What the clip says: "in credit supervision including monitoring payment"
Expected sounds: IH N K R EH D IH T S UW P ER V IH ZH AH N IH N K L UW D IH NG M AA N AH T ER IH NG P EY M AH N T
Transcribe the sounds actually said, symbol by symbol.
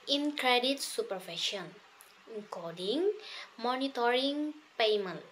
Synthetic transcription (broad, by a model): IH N K R EH D IH T S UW P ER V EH SH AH N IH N K AO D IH NG M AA N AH T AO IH NG P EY M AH N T